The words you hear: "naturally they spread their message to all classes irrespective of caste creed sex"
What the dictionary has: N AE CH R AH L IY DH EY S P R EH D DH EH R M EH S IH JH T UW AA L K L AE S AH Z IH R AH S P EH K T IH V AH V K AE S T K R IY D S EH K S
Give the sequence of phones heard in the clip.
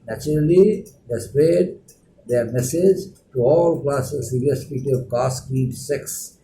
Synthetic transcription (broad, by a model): N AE CH R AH L IY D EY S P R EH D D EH R M EH S IH JH T UW AA L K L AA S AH S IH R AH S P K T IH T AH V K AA S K IY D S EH K S